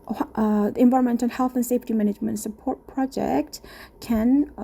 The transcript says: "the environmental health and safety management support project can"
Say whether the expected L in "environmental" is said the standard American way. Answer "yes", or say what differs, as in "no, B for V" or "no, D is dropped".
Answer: no, N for L